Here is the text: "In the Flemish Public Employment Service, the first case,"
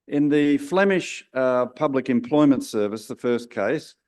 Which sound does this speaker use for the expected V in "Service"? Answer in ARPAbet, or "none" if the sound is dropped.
V